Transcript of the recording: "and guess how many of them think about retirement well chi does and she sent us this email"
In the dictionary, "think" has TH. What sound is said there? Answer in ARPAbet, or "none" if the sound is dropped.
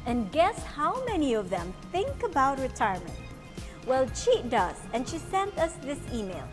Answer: TH